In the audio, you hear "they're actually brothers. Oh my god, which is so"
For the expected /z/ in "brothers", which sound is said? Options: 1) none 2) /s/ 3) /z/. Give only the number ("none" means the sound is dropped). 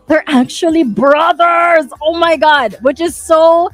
3